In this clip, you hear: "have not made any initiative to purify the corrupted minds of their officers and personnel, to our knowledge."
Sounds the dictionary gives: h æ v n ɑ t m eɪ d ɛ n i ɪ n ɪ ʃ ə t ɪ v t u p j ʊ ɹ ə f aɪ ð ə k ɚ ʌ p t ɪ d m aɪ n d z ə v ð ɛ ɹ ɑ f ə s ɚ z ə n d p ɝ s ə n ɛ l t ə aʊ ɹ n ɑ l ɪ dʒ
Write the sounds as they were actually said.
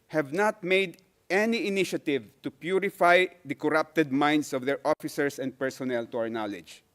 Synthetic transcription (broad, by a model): h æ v n ɑ t m eɪ d ɛ n i ɪ n ɪ ʃ ə t ɪ v t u p j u ɹ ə f aɪ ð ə k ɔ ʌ p t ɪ d m aɪ n d s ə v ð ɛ ɹ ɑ f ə s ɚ s ə n d p ɝ s ə n ɛ l t ə aʊ ɹ n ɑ l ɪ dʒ